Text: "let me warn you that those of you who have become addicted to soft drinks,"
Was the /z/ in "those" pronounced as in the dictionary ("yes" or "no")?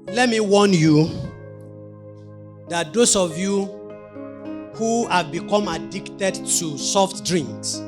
no